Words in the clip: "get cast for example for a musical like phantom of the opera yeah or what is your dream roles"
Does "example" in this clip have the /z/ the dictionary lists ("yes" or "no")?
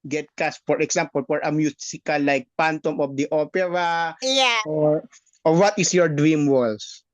no